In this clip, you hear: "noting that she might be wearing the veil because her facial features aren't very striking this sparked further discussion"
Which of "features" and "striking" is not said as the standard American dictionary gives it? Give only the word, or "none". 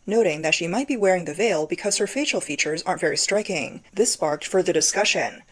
none